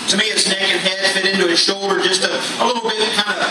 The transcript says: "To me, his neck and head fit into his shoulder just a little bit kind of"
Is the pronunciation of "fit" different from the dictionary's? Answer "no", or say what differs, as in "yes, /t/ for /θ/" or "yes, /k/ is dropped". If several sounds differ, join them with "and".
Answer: no